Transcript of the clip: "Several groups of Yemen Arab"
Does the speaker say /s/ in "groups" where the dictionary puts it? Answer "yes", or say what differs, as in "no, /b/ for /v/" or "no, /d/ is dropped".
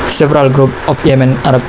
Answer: no, /s/ is dropped